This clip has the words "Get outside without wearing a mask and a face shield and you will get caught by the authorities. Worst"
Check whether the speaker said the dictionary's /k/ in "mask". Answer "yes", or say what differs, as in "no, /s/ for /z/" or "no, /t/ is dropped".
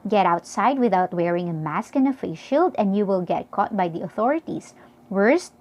yes